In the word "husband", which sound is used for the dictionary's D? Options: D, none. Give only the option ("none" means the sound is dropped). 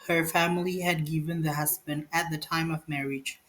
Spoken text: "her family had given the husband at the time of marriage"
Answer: D